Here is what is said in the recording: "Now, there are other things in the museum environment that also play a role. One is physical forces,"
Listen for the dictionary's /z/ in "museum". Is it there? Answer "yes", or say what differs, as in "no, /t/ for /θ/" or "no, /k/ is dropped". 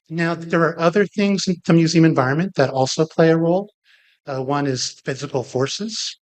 yes